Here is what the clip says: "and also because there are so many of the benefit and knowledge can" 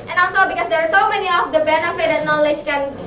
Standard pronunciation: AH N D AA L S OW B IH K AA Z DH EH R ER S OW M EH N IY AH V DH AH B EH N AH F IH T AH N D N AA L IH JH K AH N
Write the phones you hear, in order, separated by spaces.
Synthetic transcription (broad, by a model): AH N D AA S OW B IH K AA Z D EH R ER S OW M EH N IY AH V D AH B EH N AH F IH T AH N N AA L IH JH K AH N